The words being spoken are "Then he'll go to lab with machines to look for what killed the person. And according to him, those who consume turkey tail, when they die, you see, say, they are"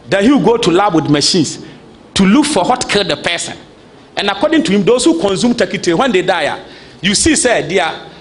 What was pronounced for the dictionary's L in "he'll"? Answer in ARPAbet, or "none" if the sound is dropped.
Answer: W